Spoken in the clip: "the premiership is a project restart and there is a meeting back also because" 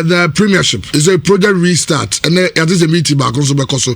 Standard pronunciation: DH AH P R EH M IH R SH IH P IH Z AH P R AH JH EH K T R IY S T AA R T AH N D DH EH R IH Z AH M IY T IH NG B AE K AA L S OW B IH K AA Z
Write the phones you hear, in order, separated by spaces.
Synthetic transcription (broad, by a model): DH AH P R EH M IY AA SH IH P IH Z AH P R AH JH EH K T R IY S T AA T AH N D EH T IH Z AH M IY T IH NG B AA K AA N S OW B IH K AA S